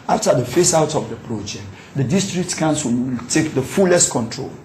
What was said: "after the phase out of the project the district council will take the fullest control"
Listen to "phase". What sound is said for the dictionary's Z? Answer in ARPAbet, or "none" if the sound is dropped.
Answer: S